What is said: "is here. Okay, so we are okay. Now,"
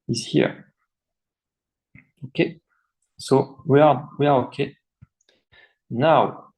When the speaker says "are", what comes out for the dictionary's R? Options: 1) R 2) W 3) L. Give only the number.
2